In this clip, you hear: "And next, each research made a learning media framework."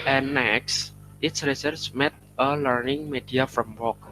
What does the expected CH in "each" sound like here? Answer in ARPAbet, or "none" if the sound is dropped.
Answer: S